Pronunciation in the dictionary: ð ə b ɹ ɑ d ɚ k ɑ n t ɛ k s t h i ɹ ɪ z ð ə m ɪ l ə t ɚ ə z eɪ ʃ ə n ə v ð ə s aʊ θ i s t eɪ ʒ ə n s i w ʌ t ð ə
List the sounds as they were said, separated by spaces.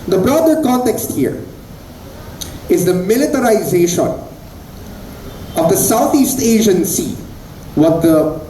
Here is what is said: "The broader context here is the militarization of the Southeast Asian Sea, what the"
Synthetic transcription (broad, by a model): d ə b ɹ ɑ d ɚ k ɑ n t ɛ k s t h i ɹ ɪ z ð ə m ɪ l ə t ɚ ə z eɪ ʃ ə n ə v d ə s aʊ t i s t eɪ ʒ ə n s i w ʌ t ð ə